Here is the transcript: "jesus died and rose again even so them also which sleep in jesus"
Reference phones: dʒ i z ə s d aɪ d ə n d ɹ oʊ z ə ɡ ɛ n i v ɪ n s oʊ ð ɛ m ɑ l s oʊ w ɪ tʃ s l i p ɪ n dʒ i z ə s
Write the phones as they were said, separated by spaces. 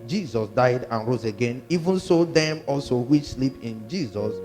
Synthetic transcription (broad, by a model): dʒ i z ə s d aɪ d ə n ɹ oʊ z ə ɡ ɛ n i v ɪ n s oʊ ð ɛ m ɑ l s oʊ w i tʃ s l i p ɪ n dʒ i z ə s